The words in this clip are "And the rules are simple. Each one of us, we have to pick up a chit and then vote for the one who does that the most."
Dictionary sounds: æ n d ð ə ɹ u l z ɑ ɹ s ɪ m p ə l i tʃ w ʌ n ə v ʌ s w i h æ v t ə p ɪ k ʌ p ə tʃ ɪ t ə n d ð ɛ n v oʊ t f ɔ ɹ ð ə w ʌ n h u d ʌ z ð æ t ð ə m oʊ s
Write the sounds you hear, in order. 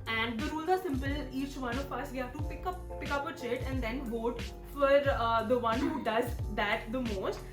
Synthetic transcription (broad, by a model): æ n d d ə ɹ u l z ɑ ɹ s ɪ m p ə l i tʃ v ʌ n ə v ʌ s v i h æ v t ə p ɪ k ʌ p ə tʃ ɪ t ə n d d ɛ n v oʊ t f ɔ ɹ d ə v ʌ n h u d ʌ z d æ t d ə m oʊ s